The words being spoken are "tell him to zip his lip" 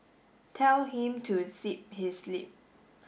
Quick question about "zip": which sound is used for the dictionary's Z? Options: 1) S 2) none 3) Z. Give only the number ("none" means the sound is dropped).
1